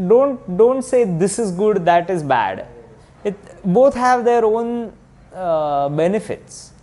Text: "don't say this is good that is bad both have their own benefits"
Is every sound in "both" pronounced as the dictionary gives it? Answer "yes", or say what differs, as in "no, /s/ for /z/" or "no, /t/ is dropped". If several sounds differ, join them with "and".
no, /t/ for /θ/